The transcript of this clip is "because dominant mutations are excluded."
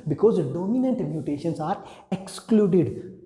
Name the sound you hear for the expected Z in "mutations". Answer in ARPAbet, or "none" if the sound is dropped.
S